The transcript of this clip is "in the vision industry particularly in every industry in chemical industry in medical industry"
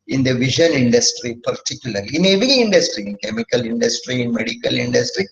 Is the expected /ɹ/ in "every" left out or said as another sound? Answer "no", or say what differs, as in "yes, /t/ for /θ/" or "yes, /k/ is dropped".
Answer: yes, /ɹ/ is dropped